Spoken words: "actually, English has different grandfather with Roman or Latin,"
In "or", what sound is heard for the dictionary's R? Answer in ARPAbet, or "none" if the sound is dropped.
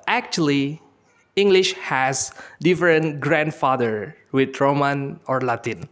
R